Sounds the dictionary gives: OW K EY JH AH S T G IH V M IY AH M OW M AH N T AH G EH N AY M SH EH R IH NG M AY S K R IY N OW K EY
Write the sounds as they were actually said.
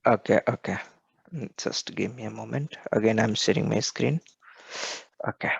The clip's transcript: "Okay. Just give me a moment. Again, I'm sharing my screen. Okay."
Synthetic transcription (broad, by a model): OW K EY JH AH S T G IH M IY AH M OW M AH N T AH G EH N AY M S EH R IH NG M AY S K R IY N OW K EY